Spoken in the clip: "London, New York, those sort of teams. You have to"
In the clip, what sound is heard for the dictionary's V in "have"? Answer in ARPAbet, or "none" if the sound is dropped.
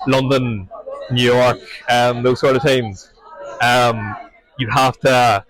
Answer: F